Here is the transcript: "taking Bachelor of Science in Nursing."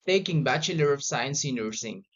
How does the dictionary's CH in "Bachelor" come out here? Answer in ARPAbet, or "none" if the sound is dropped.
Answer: CH